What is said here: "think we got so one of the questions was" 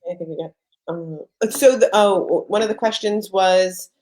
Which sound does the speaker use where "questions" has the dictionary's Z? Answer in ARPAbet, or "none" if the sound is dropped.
Z